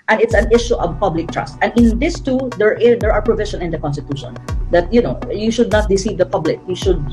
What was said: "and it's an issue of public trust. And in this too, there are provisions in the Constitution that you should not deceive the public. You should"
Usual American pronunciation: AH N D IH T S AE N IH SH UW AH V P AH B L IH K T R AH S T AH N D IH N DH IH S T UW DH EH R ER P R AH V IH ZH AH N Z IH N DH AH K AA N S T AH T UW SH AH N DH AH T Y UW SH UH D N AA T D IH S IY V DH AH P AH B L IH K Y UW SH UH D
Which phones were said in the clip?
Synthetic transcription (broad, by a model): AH N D IH T S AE N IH SH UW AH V P AH B L IH K T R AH S T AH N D IH N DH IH S T UW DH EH R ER P R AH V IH SH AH N IH N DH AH K AA N S T AH T UW SH AH N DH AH T Y UW SH UH D N AA T D IH S IY V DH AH P AH B L IH K Y UW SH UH D